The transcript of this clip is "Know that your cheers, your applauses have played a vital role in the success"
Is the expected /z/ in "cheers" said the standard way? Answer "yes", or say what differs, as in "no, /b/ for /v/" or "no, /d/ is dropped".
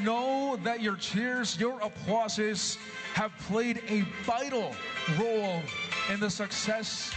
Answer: yes